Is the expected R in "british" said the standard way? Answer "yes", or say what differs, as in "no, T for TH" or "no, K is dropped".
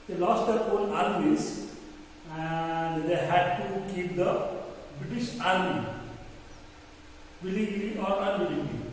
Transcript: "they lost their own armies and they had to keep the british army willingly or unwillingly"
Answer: yes